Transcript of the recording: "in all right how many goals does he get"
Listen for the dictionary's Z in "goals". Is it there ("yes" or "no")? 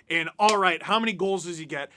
yes